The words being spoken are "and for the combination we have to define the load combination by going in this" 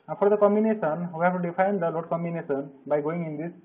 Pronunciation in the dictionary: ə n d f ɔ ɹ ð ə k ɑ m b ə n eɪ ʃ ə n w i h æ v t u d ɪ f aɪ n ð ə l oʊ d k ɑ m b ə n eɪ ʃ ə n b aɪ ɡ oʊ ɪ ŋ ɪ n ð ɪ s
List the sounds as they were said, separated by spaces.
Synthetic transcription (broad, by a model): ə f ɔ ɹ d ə k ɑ m b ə n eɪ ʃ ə n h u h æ p t u d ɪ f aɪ n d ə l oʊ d k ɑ m b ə n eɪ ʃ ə n b aɪ ɡ oʊ ɪ ŋ ɪ n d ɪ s